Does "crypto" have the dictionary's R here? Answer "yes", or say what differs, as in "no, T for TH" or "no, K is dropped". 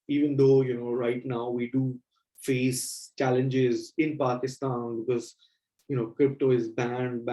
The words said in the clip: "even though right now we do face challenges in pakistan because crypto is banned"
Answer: yes